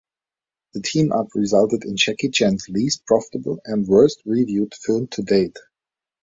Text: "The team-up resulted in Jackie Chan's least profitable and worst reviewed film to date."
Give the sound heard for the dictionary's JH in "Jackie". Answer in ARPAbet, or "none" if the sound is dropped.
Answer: CH